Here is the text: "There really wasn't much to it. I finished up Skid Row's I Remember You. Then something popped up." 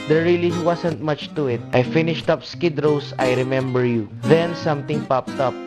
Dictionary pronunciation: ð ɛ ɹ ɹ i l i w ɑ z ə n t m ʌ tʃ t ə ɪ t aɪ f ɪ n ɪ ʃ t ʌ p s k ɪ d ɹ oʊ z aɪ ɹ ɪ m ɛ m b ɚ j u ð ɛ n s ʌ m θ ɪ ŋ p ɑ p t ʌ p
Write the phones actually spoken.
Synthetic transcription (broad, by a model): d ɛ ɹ ɹ i l i w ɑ s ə n t m ʌ tʃ t ə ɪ t aɪ f ɪ n ɪ ʃ t ʌ p s k ɪ d ɹ oʊ s aɪ ɹ ɪ m ɛ m b ɚ j u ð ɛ n s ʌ m t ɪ ŋ p ɑ p t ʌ p